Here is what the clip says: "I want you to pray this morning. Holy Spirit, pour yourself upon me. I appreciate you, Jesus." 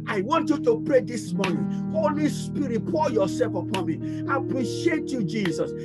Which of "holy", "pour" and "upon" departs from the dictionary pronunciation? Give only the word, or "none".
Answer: pour